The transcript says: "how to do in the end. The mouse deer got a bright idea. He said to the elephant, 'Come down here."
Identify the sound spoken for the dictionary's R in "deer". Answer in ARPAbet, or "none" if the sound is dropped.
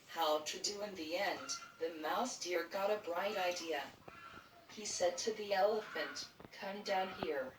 R